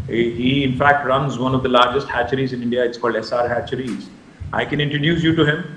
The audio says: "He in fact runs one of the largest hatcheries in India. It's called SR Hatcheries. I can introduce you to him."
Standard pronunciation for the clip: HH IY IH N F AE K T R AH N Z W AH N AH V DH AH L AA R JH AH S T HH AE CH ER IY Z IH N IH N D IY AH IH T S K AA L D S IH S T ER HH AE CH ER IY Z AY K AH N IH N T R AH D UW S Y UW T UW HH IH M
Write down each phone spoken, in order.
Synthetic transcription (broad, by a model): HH IY IH N F AE K T R AH N Z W AH N AH V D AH L AA R JH AH S T HH AE CH ER IY Z IH N IH N D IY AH IH T S K AA L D S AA T HH AE CH ER IY Z AY K AH N IH N T R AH D UW S Y UW T UW HH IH M